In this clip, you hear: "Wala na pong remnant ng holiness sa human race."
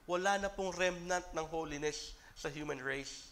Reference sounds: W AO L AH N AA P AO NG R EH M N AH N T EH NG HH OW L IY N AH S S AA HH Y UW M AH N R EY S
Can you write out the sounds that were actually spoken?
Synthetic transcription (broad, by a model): W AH L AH N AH P AO NG R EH M N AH N T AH NG HH OW L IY N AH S S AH HH Y UW M AH N R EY S